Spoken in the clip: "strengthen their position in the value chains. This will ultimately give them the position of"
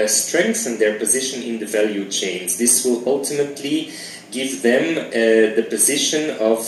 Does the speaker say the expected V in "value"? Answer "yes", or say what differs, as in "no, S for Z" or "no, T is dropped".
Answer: yes